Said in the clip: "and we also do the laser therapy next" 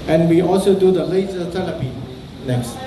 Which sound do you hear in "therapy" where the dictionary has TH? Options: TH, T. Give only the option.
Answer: T